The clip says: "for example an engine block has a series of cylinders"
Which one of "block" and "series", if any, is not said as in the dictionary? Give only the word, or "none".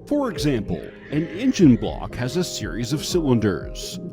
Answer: none